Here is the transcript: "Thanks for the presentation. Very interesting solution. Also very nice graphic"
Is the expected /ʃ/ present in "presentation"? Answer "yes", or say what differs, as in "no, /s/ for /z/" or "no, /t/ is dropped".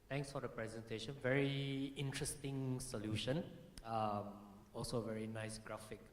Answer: yes